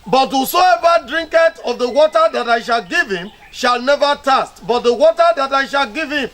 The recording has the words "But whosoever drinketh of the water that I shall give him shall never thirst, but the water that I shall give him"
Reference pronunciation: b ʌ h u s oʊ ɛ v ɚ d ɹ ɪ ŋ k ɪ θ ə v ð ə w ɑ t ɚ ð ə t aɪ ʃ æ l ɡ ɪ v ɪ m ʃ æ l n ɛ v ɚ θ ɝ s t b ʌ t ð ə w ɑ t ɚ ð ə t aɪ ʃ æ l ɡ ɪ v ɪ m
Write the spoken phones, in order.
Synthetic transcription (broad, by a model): b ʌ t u s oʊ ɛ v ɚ d ɹ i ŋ k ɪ t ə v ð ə w ɑ t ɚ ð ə t aɪ ʃ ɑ l ɡ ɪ v ɪ m ʃ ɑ l n ɛ v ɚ t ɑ s t b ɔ t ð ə w ɑ t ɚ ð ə t aɪ ʃ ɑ l ɡ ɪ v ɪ m